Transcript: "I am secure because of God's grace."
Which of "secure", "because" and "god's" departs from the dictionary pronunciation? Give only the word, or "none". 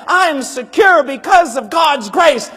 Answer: none